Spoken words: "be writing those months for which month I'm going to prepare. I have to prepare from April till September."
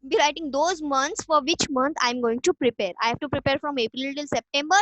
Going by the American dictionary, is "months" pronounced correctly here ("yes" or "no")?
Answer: no